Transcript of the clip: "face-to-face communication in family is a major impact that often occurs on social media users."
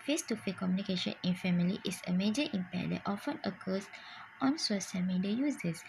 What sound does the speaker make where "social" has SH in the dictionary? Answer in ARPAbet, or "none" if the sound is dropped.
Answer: S